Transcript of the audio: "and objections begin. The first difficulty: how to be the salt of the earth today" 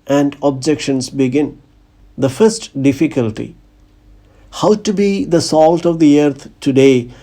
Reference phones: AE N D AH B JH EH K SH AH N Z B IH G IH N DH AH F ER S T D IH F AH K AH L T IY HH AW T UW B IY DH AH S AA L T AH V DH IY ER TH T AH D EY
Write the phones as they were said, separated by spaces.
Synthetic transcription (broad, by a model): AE N D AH B JH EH K SH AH N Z B IH G IH N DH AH F ER S T D IH F AH K AH L T IY HH AW T UW B IY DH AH S AA L T AH V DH IY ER T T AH D EY